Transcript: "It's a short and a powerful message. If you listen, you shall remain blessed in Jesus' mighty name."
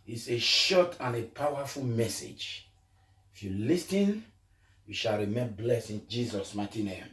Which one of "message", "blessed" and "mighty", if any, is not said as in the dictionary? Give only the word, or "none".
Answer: blessed